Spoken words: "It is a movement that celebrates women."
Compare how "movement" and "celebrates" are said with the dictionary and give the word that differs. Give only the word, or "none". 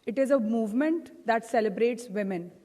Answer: none